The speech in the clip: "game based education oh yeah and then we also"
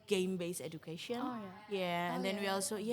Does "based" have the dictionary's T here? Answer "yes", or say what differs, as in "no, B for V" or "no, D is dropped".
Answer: no, T is dropped